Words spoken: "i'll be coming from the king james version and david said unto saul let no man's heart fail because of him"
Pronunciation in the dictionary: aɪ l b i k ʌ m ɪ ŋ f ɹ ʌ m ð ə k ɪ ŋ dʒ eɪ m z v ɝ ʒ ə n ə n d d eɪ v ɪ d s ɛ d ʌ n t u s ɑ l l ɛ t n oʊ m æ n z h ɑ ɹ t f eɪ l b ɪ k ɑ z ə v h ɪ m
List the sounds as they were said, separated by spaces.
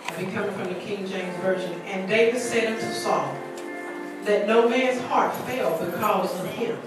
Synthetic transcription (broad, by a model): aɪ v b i k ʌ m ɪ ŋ f ɹ ʌ m ð ə k ɪ ŋ dʒ eɪ m z v ɝ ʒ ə n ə n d d eɪ v ɪ d s ɛ d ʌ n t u s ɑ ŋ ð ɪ t n oʊ m æ n z h ɑ ɹ t f eɪ l b ɪ k ɑ z ə v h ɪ